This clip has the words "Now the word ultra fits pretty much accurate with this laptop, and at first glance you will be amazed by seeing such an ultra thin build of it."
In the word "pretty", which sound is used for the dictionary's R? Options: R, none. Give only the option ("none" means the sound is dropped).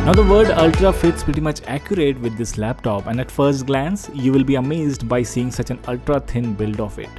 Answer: R